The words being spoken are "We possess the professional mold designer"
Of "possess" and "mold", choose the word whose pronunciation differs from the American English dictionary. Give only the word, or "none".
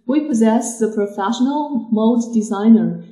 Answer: mold